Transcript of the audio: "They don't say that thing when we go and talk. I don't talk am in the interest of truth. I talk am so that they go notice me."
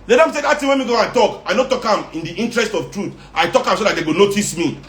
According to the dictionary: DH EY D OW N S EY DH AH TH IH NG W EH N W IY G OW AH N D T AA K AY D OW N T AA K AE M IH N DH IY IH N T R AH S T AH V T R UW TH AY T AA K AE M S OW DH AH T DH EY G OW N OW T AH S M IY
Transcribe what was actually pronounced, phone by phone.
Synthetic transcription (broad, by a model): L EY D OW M S EY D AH T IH W EH N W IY G OW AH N T AA K AY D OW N T AA K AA M IH N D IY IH N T R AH S T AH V T R UW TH AY T AA K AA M S OW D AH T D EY G OW N OW T AH S M IY